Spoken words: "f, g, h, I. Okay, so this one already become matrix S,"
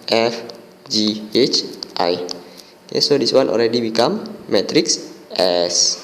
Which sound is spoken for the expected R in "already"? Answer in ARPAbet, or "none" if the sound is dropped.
L